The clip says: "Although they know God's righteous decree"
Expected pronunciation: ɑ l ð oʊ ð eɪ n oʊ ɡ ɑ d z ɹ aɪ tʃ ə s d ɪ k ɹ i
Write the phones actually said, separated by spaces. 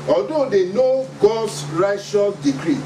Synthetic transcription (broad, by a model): ɑ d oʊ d eɪ n oʊ ɡ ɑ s ɹ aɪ ʃ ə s d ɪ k ɹ i